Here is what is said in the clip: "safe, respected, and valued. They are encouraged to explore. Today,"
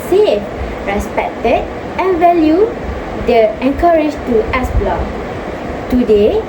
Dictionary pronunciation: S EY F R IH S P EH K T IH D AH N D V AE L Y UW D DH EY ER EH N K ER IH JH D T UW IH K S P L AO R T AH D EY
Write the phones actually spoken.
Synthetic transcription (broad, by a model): S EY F R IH S P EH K T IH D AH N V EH L Y UW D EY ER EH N K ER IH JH T UW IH S B L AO T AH D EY